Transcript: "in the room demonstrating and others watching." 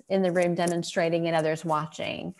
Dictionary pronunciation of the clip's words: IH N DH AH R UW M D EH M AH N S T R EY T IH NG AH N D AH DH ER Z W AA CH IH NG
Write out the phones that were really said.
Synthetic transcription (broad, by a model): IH N DH AH R UW M D EH M AH N S T R EY T IH NG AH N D AH DH ER Z W AA CH IH NG